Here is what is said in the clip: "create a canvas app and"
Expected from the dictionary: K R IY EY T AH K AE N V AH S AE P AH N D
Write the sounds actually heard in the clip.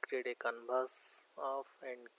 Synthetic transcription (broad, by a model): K R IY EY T AH K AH N B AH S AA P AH N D